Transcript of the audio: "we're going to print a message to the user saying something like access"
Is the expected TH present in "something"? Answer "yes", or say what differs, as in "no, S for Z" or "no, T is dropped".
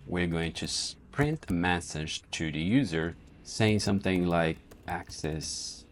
yes